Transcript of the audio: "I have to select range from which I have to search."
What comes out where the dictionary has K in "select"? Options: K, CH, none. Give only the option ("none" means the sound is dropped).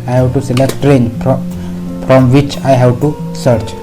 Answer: K